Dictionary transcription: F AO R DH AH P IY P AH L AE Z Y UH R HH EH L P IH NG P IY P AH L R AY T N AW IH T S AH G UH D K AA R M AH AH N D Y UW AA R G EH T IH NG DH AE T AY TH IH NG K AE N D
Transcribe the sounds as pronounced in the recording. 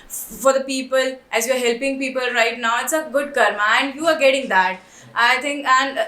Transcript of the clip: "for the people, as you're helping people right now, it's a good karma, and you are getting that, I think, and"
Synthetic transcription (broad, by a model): F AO R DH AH P IY P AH L AE Z Y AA R HH EH L P IH NG P IY P AH L R AY T N AW IH T S AH G UH D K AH R M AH AH N D Y UW AA R G EH T IH NG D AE T AY T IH NG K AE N D